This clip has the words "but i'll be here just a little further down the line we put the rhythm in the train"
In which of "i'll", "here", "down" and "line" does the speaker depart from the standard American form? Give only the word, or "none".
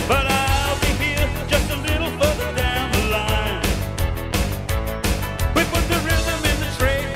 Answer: here